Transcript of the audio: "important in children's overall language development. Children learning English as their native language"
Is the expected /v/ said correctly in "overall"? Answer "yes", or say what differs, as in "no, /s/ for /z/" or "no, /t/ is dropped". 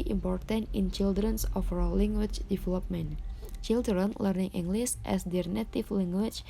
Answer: no, /f/ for /v/